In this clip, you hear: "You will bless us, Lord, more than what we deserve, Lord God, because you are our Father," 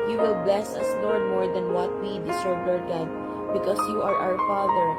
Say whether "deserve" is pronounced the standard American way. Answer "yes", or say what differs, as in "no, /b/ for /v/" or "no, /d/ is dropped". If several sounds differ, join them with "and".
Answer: no, /s/ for /z/